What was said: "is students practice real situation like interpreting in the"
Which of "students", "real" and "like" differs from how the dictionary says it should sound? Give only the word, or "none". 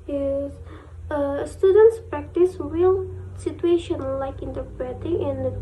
real